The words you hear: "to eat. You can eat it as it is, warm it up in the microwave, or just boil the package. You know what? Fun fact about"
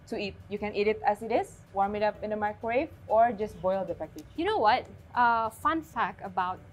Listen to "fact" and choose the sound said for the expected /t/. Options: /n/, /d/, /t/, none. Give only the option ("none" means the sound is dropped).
none